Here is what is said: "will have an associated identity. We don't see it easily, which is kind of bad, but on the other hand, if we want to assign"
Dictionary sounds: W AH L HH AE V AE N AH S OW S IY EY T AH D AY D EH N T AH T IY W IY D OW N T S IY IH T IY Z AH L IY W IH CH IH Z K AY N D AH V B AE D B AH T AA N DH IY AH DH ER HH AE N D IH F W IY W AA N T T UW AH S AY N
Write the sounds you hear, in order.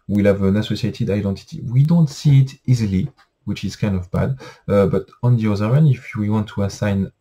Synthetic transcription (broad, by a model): W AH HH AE V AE N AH S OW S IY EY T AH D AY D EH N T AH T IY W IY D OW N T S IY IH T IY Z AH L IY W IH CH IH Z K AY N D AH V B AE D B AH T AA N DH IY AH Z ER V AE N IH F W IY W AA N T T UW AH S AY N